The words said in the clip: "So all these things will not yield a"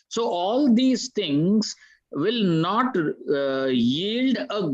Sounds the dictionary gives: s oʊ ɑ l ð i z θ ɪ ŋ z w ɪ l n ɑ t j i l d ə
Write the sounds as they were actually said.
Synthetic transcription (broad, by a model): s oʊ ɑ l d i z t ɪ ŋ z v ɪ l n ɑ t j i l d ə